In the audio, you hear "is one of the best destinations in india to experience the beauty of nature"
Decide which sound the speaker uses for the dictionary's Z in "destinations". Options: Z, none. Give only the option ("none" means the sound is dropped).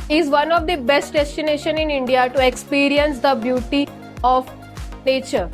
none